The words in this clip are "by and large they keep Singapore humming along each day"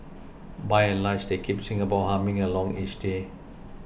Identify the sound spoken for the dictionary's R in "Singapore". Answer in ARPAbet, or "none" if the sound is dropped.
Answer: W